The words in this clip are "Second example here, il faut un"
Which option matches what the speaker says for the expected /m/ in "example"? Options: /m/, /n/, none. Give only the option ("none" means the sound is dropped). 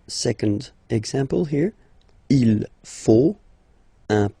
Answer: /m/